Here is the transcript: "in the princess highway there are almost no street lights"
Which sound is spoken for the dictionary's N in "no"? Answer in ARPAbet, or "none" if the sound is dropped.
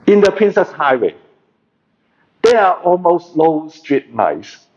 L